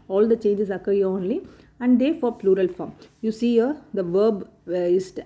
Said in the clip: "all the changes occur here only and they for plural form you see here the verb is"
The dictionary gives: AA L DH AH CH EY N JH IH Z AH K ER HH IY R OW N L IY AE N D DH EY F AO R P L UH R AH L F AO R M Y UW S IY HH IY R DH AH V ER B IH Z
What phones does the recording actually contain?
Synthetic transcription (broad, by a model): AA L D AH CH EY N JH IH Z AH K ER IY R OW N L IY AE N D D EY F AO R P L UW R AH L F AO R M Y UW S IY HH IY R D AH V ER B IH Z